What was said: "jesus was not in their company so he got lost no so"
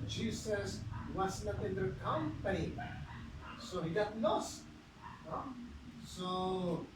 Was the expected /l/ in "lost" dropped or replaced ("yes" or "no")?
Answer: yes